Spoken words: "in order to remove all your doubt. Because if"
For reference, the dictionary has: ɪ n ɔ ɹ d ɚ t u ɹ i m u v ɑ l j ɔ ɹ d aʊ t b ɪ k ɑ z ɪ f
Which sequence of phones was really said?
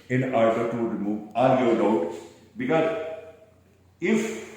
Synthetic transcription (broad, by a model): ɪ n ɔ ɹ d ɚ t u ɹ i m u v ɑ n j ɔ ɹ d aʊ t b ɪ k ɑ z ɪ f